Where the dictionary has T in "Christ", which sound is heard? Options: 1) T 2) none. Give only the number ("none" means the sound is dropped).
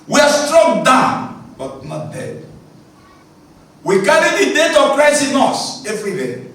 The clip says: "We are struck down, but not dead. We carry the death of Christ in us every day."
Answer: 2